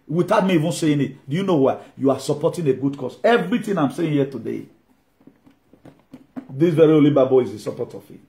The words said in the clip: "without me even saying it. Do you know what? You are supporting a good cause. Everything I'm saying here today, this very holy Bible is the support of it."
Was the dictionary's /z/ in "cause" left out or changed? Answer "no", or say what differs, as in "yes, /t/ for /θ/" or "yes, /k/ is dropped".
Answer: yes, /s/ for /z/